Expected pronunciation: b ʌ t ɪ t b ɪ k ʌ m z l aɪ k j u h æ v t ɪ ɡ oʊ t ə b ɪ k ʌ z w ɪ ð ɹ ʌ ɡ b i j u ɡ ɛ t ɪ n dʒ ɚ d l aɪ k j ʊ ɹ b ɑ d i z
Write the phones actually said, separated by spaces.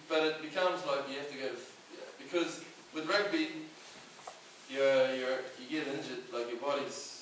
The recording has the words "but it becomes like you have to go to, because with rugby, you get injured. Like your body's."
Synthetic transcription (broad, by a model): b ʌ t ɪ t b ɪ k ʌ m z l aɪ k j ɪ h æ f t ɪ ɡ oʊ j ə b ɪ k ʌ z w ɪ ð ɹ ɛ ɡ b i j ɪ ɡ ɛ t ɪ n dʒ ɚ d l aɪ k j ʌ ɹ b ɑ d i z